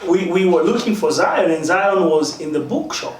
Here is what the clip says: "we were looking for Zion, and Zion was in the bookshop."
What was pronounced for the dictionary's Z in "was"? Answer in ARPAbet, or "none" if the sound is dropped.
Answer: Z